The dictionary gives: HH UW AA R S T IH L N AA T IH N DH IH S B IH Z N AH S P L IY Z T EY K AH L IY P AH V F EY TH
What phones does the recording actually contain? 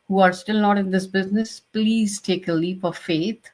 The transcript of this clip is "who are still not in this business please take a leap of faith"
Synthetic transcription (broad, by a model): HH UW AA R S T IH L N AA T IH N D IH S B IH Z N AH S P L IY Z T EY K AH L IY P AH V F EY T